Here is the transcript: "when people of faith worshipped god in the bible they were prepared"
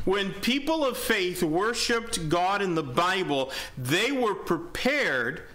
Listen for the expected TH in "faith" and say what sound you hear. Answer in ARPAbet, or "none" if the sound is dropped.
TH